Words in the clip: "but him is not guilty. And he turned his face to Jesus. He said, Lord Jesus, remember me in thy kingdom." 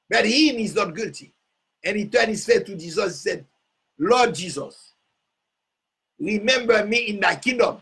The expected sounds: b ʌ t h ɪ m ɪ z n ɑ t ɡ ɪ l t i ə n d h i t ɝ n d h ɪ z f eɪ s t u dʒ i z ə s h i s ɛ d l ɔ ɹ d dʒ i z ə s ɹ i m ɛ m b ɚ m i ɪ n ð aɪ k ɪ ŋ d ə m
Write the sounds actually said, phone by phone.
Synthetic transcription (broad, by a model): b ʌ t h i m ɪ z n ɑ t ɡ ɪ l t i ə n h i t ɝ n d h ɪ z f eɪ t u dʒ i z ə s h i s ɛ d l ɔ d dʒ i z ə s ɹ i m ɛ m b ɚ m i ɪ n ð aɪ k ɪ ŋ d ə m